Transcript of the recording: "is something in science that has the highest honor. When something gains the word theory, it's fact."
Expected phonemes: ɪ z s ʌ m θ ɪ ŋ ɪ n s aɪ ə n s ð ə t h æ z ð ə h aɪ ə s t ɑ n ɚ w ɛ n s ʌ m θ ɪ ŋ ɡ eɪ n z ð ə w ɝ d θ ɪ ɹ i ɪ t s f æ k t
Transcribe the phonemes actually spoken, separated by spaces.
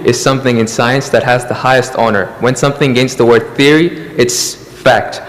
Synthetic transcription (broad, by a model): ɪ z s ʌ m θ ɪ ŋ ɪ n s aɪ ə n s ð ə t h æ z ð ə h aɪ ə s t ɑ n ɚ w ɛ n s ʌ m θ ɪ ŋ ɡ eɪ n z ð ə w ɝ d θ ɪ ɹ i ɪ t s f æ k t